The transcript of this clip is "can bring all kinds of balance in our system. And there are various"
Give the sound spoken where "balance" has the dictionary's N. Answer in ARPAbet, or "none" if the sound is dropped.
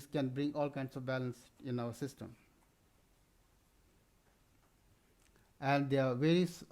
N